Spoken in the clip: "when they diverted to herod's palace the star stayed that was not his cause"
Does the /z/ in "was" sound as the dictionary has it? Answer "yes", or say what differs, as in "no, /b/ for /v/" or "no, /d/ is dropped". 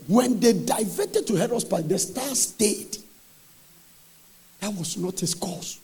no, /s/ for /z/